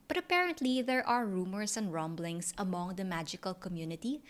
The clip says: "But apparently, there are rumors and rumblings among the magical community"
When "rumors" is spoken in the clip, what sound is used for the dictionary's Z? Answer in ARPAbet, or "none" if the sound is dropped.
S